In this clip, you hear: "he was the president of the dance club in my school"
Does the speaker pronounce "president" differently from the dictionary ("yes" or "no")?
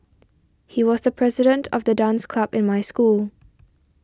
no